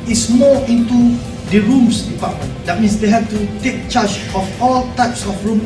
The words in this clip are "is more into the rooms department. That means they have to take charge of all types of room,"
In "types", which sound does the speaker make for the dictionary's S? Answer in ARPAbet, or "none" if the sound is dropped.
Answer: S